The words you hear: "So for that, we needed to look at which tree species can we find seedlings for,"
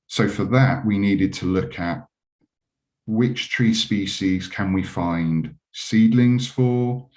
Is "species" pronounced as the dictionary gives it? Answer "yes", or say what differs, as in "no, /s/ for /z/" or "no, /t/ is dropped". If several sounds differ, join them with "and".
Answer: yes